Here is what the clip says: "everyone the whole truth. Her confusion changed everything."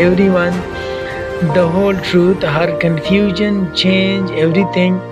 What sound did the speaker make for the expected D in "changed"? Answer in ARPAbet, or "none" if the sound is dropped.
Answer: none